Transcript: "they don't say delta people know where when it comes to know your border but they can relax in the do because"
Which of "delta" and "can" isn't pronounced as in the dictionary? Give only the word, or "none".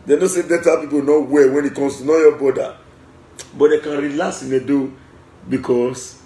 delta